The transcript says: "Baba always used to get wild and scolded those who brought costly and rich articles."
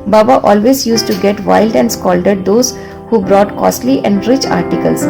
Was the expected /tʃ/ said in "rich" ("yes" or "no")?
yes